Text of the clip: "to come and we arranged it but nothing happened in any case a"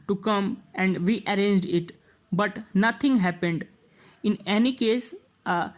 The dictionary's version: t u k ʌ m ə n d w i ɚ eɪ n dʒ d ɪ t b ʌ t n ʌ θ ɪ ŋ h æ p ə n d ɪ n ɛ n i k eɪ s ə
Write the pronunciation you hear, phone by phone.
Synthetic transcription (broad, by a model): t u k ʌ m ə n d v i ɚ eɪ n dʒ d ɪ t b ʌ t n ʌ t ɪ ŋ h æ p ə n d ɪ n ɛ n i k eɪ s